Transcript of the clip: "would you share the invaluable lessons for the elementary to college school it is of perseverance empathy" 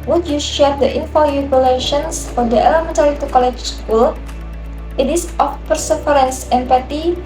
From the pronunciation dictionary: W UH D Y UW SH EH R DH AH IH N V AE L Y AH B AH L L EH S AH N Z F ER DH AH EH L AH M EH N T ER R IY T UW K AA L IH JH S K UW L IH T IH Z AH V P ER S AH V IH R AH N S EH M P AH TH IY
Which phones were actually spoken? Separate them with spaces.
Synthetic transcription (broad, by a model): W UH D Y UW SH EH R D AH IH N F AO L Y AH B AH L L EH SH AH N S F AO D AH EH L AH M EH N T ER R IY T UW K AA L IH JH S K UW L IH T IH S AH F P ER S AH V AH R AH N S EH M P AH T IY